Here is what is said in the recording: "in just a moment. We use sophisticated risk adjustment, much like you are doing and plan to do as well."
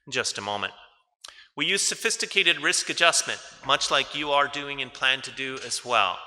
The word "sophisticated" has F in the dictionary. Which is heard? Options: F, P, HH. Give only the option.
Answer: F